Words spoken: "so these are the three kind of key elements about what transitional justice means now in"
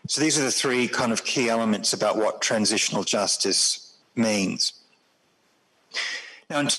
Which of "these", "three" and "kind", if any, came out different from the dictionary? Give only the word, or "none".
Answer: none